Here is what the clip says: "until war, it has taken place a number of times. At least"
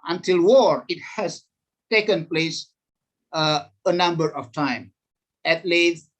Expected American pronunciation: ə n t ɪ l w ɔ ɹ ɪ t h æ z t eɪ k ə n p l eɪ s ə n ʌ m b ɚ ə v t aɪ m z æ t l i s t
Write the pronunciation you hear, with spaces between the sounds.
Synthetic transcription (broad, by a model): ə n t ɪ l w ɔ ɹ ɪ t h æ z t eɪ k ə n p l eɪ s ə n ʌ m b ɚ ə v t aɪ m æ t l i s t